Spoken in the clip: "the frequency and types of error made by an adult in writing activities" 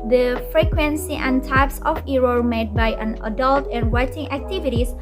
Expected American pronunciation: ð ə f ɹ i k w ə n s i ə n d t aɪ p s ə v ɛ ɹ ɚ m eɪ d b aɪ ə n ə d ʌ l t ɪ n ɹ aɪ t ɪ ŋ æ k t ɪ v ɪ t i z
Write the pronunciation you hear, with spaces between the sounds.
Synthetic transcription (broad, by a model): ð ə f ɹ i k w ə n s i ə n t aɪ p s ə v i ɹ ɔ m eɪ d b aɪ ə n ə d ʌ l t ɪ n w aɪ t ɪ ŋ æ k t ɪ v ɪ t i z